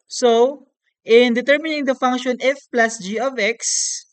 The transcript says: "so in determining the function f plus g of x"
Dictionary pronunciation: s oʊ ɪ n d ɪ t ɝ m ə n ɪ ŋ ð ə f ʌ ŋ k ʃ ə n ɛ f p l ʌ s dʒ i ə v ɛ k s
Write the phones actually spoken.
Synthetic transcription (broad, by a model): s oʊ ɪ n d ɪ t ɝ m ə n ɪ ŋ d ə f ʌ ŋ k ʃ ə n ɛ f p l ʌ s dʒ i ə v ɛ k s